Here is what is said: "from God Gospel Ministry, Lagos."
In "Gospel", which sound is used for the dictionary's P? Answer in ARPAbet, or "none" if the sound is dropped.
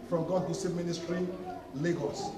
none